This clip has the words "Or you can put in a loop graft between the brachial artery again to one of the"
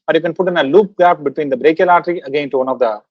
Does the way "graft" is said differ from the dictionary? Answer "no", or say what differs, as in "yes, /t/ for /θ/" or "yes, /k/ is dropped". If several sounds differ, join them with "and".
yes, /ɹ/ is dropped